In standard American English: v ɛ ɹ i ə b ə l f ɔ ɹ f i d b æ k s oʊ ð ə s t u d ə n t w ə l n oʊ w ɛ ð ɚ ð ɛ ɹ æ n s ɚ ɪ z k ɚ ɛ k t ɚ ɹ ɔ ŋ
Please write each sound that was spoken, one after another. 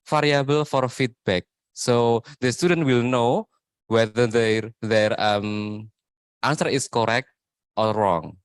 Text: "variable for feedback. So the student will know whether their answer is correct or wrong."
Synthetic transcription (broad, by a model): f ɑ ɹ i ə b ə l f ɔ ɹ f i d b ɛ k s oʊ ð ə s t u d ə n t w ə l n oʊ w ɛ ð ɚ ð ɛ ɹ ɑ n s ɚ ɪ s k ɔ ɛ k t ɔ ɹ ɔ ŋ